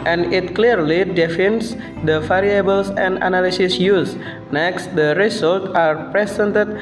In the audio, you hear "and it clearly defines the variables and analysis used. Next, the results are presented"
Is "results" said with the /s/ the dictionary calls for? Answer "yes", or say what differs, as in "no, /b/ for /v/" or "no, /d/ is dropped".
no, /s/ is dropped